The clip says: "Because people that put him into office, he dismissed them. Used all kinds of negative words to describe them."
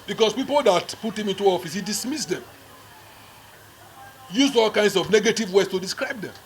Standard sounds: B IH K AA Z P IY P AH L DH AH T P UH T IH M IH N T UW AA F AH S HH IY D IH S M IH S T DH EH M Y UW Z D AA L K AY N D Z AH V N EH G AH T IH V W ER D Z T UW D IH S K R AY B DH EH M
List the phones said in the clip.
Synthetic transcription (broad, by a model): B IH K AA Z P IY P AH L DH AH T P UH T IH M IH N T UW AA F AH S HH IY D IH S M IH S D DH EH M Y UW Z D AA L K AY N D S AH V N EH G AH T IH V W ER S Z T UW D IH S K R AY B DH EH M